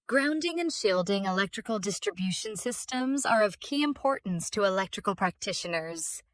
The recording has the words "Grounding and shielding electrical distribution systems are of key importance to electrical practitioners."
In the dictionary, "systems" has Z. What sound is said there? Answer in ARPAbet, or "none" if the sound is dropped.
Z